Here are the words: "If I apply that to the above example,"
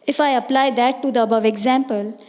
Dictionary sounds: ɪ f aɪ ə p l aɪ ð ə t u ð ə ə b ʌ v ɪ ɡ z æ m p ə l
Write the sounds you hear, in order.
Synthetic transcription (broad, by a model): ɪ f aɪ ə p l aɪ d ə t u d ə ə b ʌ v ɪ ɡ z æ m p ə l